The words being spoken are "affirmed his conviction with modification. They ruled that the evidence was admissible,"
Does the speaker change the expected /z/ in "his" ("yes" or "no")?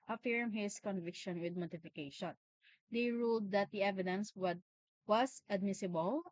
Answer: yes